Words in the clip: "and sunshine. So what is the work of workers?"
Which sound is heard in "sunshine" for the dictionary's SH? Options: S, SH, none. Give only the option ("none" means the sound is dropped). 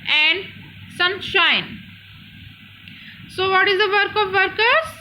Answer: SH